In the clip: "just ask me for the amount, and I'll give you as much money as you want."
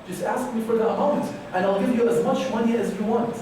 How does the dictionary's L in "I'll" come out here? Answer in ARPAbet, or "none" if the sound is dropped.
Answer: L